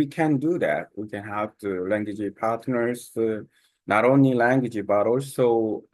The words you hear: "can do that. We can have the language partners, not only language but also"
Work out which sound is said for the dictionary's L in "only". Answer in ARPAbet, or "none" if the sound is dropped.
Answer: L